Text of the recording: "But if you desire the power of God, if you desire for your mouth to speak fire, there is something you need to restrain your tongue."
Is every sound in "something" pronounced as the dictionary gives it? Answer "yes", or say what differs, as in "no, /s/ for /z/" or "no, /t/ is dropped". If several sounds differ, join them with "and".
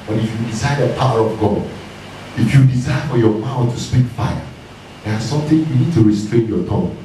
no, /t/ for /θ/